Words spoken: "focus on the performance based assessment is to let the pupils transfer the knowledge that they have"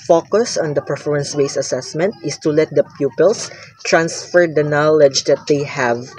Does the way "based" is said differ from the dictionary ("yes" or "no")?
yes